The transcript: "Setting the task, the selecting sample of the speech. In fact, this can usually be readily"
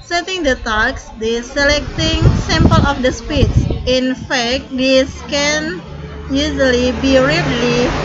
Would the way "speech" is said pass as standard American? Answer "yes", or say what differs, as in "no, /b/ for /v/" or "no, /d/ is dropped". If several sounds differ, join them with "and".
no, /s/ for /tʃ/